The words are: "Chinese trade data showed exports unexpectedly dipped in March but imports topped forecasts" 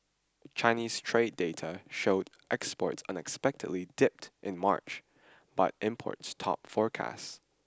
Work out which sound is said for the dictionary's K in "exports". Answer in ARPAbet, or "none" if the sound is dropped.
K